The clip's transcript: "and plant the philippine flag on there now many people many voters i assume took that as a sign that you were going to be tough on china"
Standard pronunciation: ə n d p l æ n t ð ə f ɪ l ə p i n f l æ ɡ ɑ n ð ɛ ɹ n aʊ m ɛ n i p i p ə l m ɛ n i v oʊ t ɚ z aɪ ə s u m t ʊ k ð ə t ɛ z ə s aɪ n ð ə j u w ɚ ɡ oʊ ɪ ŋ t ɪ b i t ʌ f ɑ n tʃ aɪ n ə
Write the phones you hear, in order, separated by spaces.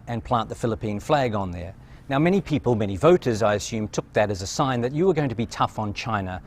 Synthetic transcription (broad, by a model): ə n p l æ n ð ə f ɪ l ə p i n f l æ ɡ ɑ n ð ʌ ɹ n aʊ m ɛ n i p i p ə l m ɛ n i v oʊ t ɚ z aɪ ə s u m t ʊ k ð ə t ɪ z ə s aɪ n ð ə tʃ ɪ w ɚ ɡ oʊ ɪ ŋ t ɪ b i t ʌ f n tʃ aɪ n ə